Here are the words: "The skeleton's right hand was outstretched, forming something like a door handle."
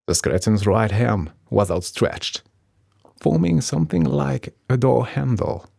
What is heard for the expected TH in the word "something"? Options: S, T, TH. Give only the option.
TH